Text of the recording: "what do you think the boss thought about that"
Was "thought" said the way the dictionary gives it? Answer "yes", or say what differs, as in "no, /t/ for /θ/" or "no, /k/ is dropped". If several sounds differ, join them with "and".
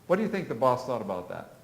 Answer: yes